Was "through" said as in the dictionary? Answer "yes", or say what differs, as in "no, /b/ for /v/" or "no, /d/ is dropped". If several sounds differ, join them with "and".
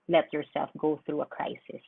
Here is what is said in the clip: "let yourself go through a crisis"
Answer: yes